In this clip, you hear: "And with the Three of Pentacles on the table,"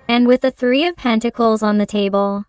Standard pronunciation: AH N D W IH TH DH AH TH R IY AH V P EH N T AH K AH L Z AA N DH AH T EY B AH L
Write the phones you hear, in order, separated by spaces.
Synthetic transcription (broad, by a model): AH N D W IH DH AH TH R IY AH V P EH N T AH K L Z N DH AH T EY B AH L